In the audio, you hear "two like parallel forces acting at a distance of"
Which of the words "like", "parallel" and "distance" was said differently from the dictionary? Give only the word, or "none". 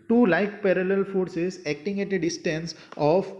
none